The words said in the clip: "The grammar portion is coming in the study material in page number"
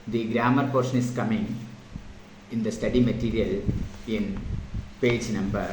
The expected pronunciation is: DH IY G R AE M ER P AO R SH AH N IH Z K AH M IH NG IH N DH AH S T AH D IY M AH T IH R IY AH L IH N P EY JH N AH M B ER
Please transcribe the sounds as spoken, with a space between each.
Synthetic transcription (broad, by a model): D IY G R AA M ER P AO R SH AH N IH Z K AH M IH NG IH N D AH S T AH D IY M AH T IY R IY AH L IH N P EY JH N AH M B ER